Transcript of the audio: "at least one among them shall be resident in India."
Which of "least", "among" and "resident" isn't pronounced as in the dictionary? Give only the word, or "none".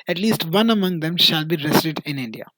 resident